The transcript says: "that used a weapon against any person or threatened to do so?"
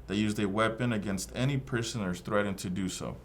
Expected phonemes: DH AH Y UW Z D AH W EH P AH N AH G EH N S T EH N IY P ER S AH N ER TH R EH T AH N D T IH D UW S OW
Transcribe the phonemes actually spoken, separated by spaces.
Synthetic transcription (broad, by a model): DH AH Y UW Z D AH W EH P AH N AH G EH N S T EH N IY P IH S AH N ER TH R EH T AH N T IH D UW S OW